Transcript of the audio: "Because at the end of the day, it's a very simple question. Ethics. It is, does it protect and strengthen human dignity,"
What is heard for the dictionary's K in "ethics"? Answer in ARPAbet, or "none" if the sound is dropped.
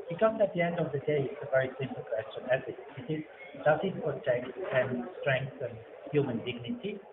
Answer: none